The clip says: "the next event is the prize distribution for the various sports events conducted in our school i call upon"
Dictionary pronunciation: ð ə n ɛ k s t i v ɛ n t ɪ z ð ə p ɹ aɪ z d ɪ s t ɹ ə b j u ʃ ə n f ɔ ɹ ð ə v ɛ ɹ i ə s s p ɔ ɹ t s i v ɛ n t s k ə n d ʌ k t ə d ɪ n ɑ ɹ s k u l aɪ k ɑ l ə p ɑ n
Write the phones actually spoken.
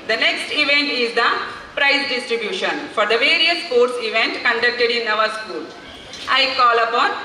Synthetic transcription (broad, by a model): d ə n ɛ k s t i v ɛ n t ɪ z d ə p ɹ aɪ s d ɪ s t ɹ ə b j u ʃ ə n f ɔ ɹ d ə v ɛ ɹ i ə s s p ɔ ɹ t s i v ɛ n t k ə n d ʌ k t ə d ɪ n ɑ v s k u l aɪ k ɑ l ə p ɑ n